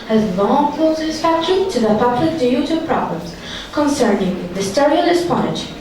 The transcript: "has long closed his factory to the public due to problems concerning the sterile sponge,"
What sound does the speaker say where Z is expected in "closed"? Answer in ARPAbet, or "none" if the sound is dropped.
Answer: S